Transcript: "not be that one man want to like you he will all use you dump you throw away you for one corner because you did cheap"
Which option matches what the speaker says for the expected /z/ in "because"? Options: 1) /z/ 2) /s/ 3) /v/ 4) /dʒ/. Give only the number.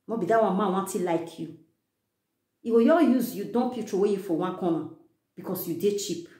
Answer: 2